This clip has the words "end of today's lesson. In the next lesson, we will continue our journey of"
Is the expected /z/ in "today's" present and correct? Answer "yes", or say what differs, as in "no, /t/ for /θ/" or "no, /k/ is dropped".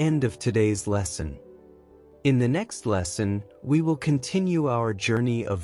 yes